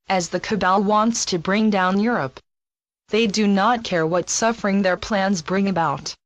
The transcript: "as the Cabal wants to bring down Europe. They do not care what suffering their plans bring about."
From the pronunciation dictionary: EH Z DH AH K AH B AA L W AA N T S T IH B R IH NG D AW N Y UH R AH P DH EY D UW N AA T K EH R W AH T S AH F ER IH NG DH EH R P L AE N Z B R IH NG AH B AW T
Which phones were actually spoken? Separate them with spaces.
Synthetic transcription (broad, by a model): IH Z DH AH K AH B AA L W AA N T S T IH B R IH NG D AW N Y UH R AH P DH EY D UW N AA T K EH R W AH T S AH F ER IH NG DH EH R P L AE N Z B R IH NG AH B AW T